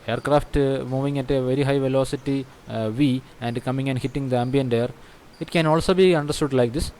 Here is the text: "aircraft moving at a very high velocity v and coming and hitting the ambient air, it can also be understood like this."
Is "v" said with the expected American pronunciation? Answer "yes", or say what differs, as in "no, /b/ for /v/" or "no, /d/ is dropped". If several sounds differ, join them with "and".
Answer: yes